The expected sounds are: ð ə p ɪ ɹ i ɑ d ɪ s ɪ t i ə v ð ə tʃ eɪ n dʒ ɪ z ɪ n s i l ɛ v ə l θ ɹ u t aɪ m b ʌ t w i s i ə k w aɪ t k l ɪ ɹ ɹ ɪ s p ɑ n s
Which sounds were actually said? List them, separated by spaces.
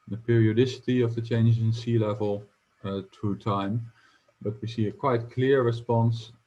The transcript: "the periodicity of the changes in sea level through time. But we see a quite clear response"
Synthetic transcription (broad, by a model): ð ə p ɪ ɹ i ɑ d ɪ s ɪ t i ə v ð ə tʃ eɪ n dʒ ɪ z ɪ n s i l ɛ v ə l t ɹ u t aɪ m b ʌ t w i s i ə k w aɪ t k l ɪ ɹ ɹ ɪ s p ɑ n s